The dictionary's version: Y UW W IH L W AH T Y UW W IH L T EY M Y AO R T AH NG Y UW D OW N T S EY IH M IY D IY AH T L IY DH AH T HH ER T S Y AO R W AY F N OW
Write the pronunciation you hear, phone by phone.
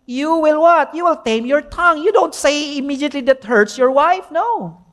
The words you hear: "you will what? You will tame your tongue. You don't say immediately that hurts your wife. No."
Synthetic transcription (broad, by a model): Y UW W IH L W AH T Y UW W IH L T EY M Y AO R T AH NG Y UW D OW N T S EY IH M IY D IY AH T L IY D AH T HH ER T S Y AO R W AY F N OW